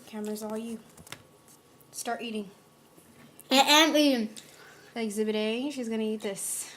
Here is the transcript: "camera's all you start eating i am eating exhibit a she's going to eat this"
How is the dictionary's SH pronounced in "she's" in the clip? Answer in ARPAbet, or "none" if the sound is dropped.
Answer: SH